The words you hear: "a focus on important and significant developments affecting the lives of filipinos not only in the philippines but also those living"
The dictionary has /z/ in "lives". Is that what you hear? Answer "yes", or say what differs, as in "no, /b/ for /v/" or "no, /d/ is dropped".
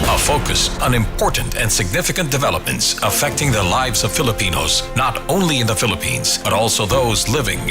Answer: yes